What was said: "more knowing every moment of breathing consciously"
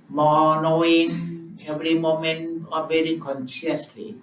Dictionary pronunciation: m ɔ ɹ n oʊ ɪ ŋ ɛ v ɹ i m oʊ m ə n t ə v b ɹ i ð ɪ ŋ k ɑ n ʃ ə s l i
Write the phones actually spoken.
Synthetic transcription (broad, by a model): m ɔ n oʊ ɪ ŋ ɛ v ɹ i m oʊ m ə n t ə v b ɛ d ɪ k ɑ n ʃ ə s l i